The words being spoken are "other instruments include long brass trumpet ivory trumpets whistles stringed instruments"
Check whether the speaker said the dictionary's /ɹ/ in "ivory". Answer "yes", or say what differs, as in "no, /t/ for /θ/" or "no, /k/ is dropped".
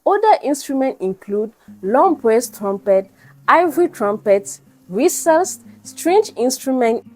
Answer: yes